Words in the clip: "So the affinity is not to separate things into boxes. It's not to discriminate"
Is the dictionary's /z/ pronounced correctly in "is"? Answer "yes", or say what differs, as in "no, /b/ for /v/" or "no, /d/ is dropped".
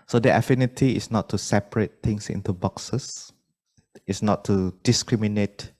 no, /s/ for /z/